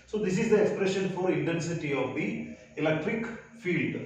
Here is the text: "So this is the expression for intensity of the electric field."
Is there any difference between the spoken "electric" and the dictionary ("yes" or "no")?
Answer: no